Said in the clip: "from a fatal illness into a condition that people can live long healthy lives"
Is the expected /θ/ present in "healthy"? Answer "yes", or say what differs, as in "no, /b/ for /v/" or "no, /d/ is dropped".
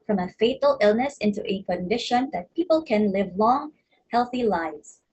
yes